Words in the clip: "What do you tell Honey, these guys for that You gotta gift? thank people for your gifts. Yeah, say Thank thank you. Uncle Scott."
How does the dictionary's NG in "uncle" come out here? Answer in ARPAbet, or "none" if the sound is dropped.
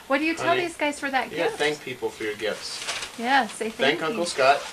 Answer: none